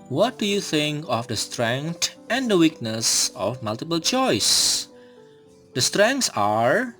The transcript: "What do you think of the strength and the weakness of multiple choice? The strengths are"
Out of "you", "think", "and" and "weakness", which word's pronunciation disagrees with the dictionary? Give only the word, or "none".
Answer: none